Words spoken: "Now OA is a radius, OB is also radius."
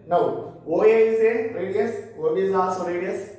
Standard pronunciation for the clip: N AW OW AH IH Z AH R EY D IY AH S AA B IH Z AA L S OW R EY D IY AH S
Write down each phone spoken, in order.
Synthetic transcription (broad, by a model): N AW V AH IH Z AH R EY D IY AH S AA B IH Z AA S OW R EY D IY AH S